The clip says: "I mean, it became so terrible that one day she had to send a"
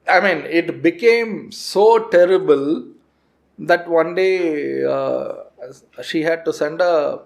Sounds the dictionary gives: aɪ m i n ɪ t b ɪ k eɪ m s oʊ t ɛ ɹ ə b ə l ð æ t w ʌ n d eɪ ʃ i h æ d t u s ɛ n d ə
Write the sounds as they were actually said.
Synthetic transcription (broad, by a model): aɪ m i n ɪ t b ɪ k eɪ m s oʊ t ɛ ɹ ə b ə l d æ t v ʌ n d eɪ ʃ i h æ d t u s ɛ n d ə